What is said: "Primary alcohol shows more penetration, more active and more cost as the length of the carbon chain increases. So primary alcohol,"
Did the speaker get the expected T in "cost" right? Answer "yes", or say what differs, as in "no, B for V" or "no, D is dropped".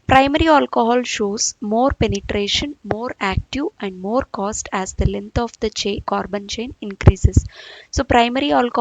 yes